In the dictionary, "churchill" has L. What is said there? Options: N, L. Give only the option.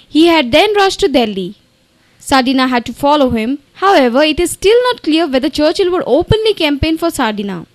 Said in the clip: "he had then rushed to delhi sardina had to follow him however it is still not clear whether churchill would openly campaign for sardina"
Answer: L